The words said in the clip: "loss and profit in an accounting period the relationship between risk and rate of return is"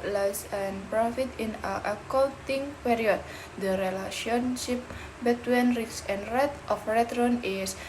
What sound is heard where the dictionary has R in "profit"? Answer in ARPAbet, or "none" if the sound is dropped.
R